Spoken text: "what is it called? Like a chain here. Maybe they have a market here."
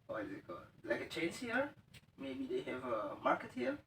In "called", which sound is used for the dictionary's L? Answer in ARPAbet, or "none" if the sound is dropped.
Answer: none